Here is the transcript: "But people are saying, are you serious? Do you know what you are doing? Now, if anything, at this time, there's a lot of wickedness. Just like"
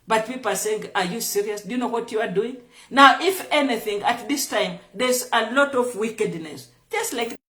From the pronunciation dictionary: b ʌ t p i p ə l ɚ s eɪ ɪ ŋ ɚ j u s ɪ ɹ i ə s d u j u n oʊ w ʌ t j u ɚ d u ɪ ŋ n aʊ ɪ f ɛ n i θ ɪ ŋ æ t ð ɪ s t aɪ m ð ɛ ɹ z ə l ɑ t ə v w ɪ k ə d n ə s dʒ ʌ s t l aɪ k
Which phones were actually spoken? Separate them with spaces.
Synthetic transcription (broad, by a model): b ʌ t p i p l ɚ s eɪ ɪ ŋ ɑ j u s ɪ ɹ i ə s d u j u n oʊ w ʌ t j u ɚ d u ɪ ŋ n aʊ ɪ f ɛ n i θ ɪ ŋ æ t ð ɪ s t aɪ m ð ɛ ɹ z ə l ɑ t ə v w ɪ k ə d n ə s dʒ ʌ s t l aɪ k